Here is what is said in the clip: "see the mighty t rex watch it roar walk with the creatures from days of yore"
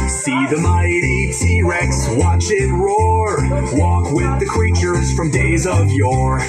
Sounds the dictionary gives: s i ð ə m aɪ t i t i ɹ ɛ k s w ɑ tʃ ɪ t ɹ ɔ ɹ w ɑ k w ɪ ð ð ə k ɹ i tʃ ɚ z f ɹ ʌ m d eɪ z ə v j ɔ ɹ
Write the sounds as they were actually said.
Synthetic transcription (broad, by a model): s i ð ə m aɪ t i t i ɹ ɛ k s w ɑ tʃ ɪ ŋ ɹ ɔ ɹ w ɑ k w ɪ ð ð ə k ɹ i tʃ ɚ z f ɹ ʌ m d eɪ z ə v j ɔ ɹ